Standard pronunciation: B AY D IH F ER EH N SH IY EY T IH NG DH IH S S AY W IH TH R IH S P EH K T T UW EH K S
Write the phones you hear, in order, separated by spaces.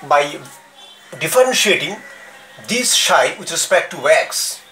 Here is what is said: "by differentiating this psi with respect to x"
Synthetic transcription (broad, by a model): B AY D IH F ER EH N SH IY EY T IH NG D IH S SH AY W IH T R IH S P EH K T T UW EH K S